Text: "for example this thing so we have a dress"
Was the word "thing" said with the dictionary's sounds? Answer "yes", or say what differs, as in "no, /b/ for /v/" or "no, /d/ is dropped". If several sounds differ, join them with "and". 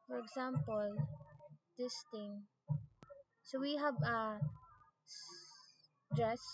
no, /t/ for /θ/